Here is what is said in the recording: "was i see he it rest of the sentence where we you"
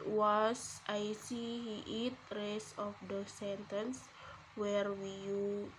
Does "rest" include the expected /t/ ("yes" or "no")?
no